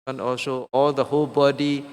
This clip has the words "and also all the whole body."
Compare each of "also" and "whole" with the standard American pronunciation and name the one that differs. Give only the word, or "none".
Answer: none